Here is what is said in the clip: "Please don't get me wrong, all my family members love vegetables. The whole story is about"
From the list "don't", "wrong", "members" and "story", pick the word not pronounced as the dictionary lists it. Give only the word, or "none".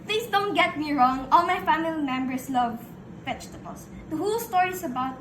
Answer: members